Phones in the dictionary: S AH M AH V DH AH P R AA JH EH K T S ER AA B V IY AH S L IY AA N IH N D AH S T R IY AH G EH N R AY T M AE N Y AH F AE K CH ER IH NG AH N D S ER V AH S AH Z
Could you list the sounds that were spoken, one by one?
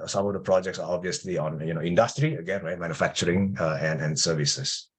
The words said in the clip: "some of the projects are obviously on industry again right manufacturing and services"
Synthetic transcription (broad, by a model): S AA M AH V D AH P R AA JH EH K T S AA AA B V IY AH S L IY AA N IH N D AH S T R IY AH G EH N R AY T M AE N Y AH F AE K CH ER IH NG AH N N S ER V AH S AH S